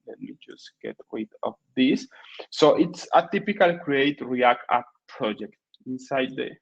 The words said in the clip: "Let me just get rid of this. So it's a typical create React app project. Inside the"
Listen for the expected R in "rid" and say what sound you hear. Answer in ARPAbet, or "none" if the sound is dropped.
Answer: W